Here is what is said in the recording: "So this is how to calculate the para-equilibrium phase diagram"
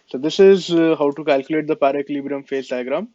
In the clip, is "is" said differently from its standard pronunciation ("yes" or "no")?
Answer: no